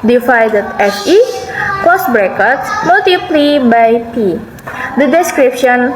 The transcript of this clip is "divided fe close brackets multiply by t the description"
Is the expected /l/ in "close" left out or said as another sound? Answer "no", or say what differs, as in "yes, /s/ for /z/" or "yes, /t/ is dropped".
yes, /l/ is dropped